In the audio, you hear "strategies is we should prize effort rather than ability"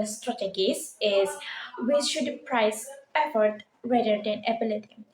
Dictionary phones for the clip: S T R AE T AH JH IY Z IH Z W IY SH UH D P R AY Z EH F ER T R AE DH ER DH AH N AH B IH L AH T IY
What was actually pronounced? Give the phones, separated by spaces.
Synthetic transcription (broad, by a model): S T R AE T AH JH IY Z IH Z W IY SH UH D P R AY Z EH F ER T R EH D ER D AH N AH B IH L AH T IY